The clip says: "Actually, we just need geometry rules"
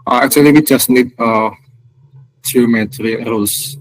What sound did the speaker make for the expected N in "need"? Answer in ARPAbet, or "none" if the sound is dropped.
N